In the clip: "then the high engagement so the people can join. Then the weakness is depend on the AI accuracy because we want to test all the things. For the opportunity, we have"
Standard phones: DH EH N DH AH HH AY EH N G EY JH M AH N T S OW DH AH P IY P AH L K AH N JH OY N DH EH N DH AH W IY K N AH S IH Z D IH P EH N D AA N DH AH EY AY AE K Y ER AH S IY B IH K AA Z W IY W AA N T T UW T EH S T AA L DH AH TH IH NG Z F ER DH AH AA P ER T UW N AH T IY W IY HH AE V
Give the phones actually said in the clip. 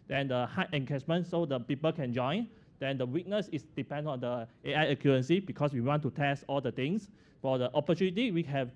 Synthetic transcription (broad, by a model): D EH N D AH HH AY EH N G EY CH M AH N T S OW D AH P IY P AH L K AH N JH OY N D EH N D AH W IY K N AH S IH S D IH P EH N D AA N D AH EY AY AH K Y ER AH S IY B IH K AA S W IY W AA N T T UW T EH S T AA L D AH T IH NG S F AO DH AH AA P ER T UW N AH T IY W IY HH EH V